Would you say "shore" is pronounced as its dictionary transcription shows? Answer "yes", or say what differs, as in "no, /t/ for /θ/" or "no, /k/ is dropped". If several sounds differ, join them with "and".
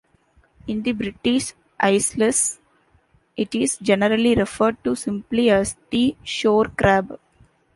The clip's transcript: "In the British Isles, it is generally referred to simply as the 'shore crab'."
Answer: yes